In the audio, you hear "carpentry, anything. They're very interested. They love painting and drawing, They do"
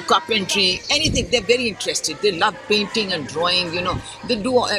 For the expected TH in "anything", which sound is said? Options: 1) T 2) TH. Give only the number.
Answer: 1